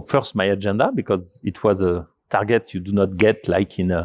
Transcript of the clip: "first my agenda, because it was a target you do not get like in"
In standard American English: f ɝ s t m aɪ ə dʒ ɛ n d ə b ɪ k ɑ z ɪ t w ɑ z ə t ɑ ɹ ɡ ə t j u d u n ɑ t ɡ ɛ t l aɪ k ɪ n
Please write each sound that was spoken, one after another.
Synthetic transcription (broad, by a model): f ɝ s t m aɪ ə dʒ ɛ n d ə b ɪ k ɑ z ɪ t w ɑ z ə t ɑ ɹ ɡ ə t j u d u n ɑ t ɡ ɛ t l aɪ k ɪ n